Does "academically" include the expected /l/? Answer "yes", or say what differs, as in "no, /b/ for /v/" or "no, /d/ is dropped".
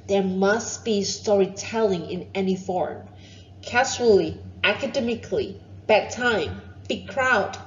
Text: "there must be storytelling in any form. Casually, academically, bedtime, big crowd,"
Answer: yes